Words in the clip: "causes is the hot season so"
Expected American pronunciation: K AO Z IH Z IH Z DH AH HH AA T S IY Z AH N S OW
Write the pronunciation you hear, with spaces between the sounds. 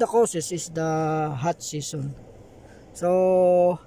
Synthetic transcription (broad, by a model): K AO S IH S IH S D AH HH AA T S IY S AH N S OW